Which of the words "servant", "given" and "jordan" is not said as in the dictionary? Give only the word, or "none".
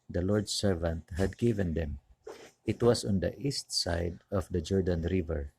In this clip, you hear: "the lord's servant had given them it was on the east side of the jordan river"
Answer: none